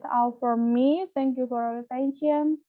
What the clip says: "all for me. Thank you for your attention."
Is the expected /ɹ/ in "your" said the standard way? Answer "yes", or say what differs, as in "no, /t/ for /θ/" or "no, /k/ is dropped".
no, /l/ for /ɹ/